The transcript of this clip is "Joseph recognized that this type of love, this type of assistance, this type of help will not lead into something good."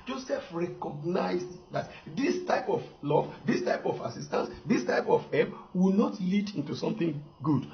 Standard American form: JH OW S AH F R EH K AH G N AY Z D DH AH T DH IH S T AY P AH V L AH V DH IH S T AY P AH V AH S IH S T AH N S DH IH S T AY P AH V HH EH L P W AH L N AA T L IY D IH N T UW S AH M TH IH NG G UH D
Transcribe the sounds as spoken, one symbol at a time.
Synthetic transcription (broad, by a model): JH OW S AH F R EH K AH G N AY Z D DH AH T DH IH S T AY P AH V L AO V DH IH S T AY P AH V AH S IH S T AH N S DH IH S T AY P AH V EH P W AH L N AA T L IY D IH N T UW S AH M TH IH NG G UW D